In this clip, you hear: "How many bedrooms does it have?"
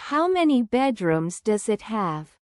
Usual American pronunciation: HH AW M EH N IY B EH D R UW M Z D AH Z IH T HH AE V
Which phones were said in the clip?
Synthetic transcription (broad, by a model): HH AW M EH N IY B EH D R UW M Z D AH Z IH T HH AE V